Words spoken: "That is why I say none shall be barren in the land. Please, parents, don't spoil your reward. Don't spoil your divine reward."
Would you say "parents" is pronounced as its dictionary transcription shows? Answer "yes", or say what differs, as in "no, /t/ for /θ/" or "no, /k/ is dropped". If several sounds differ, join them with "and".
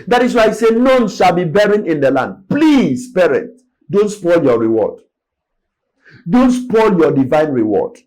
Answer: no, /s/ is dropped